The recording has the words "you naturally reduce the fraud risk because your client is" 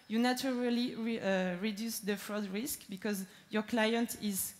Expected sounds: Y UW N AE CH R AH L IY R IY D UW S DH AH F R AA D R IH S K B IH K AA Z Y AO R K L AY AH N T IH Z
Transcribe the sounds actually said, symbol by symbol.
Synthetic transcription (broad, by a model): Y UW N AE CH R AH L IY R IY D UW S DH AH F R AA D R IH S K B IH K AA Z Y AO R K L AY AH N T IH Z